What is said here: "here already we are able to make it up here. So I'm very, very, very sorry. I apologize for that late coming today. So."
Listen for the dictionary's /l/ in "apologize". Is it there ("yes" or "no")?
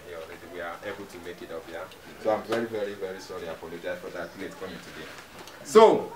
no